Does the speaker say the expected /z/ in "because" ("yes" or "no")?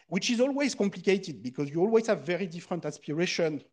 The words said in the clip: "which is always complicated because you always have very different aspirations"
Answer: yes